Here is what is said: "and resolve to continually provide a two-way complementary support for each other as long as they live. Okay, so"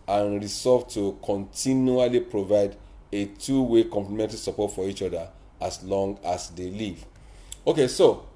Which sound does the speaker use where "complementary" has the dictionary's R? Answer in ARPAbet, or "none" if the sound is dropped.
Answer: L